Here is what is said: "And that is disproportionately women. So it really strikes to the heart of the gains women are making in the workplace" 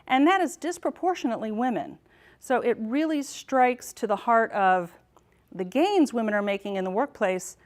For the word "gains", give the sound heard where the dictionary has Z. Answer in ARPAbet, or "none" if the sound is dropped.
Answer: Z